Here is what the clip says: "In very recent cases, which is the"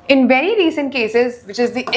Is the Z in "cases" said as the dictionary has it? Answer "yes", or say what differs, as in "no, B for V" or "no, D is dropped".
yes